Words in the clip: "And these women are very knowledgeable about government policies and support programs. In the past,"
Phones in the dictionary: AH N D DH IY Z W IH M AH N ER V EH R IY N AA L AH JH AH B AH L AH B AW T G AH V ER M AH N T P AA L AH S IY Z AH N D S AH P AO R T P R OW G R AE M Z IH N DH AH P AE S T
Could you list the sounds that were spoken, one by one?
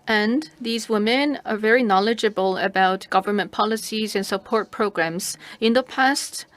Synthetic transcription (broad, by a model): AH N DH IY Z W IH M AH N ER V EH R IY N AA L AH JH AH B AH L AH B AW T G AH V ER M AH N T P AA L AH S IY Z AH N S AH P AO R T P R OW G R AE M Z IH N DH AH P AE S T